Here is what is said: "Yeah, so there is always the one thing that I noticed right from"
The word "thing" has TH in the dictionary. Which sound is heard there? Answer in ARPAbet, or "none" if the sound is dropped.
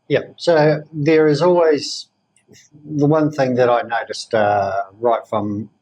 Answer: TH